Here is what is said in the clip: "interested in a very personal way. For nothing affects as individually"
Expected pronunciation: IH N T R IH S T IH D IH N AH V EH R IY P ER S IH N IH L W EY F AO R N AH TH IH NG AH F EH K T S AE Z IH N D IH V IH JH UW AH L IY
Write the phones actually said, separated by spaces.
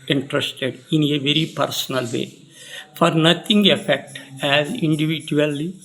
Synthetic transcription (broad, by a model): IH N T R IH S T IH D IH N AH V EH R IY P ER S IH N IH L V EY F AO R N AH T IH NG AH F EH K T AE Z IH N D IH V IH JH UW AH L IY